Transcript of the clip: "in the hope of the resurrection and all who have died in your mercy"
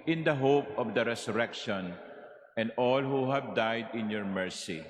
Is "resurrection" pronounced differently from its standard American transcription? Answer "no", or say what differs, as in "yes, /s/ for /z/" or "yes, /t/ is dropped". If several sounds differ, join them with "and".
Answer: yes, /s/ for /z/